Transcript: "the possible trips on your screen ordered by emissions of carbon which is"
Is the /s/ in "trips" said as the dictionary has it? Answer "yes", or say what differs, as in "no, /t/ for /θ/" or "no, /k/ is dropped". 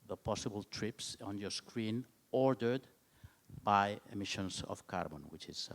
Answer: yes